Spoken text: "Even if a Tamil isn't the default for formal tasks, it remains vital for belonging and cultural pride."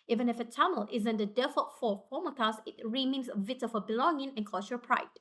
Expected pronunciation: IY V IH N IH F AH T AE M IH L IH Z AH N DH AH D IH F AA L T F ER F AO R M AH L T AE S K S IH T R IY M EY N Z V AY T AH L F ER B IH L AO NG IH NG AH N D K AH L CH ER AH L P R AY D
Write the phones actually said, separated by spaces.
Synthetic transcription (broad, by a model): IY V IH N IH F AH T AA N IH L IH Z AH N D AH D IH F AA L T F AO P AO M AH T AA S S IH T R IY M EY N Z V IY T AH F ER B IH L AO NG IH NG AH N K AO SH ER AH P R AY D